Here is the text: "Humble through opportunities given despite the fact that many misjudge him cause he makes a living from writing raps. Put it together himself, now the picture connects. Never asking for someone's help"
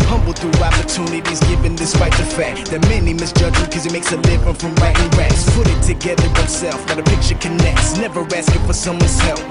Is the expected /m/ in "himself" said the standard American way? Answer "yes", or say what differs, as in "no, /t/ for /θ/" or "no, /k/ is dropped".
no, /m/ is dropped